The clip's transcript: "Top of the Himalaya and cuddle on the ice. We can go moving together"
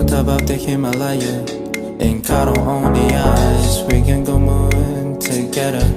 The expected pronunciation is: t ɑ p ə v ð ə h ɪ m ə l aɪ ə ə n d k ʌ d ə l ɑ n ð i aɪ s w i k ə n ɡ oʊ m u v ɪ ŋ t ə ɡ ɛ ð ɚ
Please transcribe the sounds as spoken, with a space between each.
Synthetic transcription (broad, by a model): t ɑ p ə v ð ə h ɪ m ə l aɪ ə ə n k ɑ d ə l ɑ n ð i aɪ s w i k ə n ɡ oʊ m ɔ ɪ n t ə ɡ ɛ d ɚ